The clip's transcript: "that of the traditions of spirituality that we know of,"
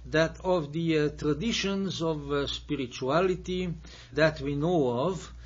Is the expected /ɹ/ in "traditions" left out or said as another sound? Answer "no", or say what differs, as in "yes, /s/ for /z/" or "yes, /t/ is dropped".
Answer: no